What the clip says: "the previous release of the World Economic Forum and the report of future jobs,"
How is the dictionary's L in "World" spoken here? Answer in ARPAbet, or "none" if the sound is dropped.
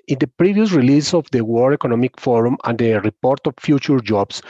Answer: none